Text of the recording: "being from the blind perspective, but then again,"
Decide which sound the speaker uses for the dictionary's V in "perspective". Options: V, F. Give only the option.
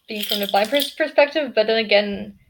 V